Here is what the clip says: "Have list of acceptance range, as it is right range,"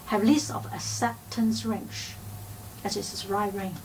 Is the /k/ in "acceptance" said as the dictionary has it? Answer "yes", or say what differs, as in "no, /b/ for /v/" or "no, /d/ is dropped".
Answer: no, /k/ is dropped